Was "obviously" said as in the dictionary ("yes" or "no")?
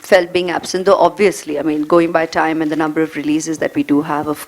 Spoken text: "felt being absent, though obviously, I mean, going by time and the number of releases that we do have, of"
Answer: yes